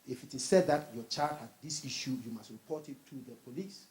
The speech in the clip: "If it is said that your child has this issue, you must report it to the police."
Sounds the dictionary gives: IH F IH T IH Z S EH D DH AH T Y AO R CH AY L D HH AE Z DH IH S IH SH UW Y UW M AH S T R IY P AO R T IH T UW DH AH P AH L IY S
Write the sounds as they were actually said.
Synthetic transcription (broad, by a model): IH F IH T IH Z S EH D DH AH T Y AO CH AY D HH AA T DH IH S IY SH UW Y UW M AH S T R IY P AO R T IH T UW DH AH P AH L IY S